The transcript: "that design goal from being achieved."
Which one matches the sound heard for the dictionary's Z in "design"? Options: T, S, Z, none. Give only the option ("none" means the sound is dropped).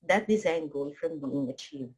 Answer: Z